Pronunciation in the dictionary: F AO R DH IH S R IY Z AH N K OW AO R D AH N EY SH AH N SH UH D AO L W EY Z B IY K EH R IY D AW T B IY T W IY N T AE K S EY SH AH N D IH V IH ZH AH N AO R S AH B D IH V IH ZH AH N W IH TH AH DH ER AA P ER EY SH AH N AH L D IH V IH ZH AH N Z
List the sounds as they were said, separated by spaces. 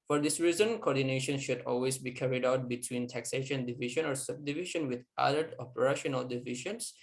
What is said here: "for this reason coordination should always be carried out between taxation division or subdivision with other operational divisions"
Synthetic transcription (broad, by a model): F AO R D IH S R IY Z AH N K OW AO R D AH N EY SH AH N SH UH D AO L W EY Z B IY K EH R IY D AW T B IY T W IY N T AE K S EY SH AH N D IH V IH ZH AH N AO R S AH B D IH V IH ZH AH N W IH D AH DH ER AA P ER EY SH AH N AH L D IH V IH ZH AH N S